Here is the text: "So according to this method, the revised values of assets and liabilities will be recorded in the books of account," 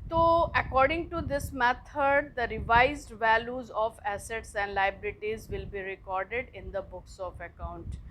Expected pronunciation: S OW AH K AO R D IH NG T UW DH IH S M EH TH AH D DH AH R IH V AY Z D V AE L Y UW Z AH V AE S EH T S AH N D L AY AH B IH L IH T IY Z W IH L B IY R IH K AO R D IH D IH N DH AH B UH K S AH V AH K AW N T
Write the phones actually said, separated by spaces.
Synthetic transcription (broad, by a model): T OW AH K AO R D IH NG T UW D IH S M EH T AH D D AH R IH V AY Z D V AE L Y UW Z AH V AE S EH T S AH N D L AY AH B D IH T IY Z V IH L B IY R IH K AO R D IH D IH N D AH B UH K S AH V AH K AW N T